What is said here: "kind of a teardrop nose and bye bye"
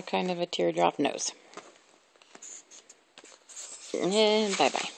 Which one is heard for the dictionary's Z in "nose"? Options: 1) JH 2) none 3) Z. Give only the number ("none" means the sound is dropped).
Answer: 2